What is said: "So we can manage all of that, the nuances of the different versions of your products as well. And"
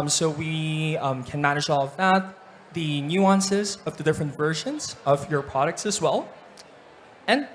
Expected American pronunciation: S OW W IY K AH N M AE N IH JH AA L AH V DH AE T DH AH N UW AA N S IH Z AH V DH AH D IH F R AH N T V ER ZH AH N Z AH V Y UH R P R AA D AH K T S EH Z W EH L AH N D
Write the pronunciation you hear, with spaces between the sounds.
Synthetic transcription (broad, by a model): S OW W IY K AH N M AE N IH JH AA L AH V DH AE T DH AH N UW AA N S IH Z AH V DH AH D IH F R AH N T V ER ZH AH N Z AH V Y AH R P R AA D AH K T S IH Z W EH L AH N